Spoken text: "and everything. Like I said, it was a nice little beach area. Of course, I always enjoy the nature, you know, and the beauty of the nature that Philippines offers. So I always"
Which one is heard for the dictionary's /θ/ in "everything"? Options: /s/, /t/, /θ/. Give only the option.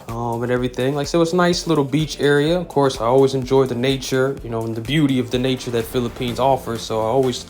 /θ/